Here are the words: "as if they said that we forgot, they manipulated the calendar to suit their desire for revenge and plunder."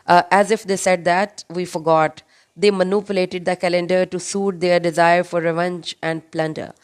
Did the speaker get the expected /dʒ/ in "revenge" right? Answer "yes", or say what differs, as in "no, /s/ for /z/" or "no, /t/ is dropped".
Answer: yes